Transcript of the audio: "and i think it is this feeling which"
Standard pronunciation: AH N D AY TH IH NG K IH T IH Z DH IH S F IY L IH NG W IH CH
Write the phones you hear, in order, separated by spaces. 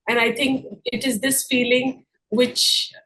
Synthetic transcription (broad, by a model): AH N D AY T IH NG K IH T IH Z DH IH S F IY L IH NG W IH CH